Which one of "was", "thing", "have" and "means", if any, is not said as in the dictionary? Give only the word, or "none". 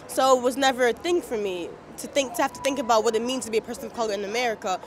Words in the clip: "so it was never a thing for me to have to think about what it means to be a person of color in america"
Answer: have